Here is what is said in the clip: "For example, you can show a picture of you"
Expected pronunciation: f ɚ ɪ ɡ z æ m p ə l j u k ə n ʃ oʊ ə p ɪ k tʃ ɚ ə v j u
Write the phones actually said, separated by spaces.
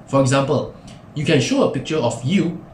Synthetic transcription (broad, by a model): f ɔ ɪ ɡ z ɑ m p ə l j u k ə n ʃ oʊ ə p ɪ k tʃ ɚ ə f j u